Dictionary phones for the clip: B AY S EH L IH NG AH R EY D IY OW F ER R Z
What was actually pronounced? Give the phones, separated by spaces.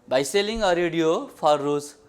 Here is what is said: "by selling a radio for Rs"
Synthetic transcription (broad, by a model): B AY S EH L IH NG AH R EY D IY OW P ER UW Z